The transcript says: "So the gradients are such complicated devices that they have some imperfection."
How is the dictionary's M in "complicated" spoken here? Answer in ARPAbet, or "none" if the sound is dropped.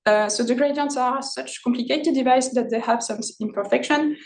M